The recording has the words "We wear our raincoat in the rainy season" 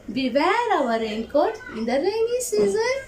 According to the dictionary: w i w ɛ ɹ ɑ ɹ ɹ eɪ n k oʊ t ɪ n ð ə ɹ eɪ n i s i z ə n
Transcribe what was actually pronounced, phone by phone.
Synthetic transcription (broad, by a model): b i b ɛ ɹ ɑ w ɹ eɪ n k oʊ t ɪ n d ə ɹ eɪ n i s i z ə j